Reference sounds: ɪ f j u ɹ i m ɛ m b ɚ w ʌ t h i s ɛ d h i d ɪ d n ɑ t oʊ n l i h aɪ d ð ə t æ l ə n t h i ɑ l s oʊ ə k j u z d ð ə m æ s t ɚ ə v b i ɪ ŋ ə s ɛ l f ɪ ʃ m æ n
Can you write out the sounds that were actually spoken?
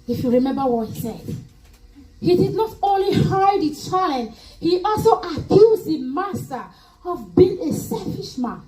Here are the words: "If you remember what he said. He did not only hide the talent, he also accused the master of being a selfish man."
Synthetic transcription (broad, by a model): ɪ f j u ɹ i m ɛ m b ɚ w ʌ t h i s ɛ d h i d ɪ d n ɑ t oʊ n l i h aɪ d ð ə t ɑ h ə t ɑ l s oʊ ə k j u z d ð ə m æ s t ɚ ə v b i ɪ ŋ ə s ɛ l f ɪ ʃ m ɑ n